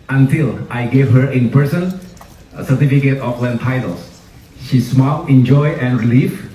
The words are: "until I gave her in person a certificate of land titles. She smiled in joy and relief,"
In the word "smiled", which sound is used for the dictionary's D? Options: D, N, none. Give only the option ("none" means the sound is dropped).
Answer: none